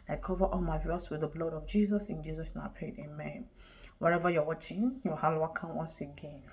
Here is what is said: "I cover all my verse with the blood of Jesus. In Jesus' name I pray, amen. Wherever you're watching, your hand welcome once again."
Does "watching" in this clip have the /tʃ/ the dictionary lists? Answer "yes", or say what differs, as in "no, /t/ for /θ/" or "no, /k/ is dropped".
yes